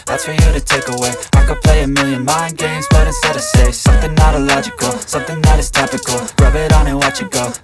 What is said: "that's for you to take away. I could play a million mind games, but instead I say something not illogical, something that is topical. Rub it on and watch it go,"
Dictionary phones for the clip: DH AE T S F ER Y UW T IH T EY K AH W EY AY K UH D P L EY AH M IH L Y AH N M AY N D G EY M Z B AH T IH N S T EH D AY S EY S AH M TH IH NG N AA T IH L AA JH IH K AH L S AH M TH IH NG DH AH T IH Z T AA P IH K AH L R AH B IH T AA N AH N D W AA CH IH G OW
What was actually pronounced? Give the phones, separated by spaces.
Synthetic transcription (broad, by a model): DH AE T S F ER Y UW T IH T EY K AH W EY AY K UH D P L EY AH M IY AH N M AY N G EY M Z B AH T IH S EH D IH S EY S AH M TH IH NG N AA T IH L AA JH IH K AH L S AH M TH IH NG DH AH T IH Z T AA P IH K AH L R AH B IH T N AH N W AA CH IH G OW